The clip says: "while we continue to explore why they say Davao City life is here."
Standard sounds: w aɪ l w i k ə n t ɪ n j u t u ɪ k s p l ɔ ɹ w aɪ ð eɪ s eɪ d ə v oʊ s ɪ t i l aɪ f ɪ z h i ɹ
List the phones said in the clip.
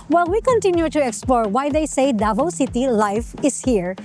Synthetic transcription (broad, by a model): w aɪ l w i k ə n t ɪ n j u t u ɪ k s p l ɔ ɹ w aɪ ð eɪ s eɪ d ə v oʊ s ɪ t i l aɪ f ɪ s h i ɹ